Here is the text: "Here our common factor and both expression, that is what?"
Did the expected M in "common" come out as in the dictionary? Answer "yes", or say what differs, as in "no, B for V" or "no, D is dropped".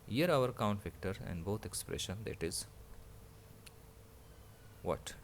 no, M is dropped